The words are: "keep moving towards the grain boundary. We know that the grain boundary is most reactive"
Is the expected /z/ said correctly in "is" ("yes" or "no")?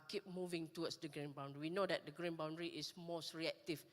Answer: no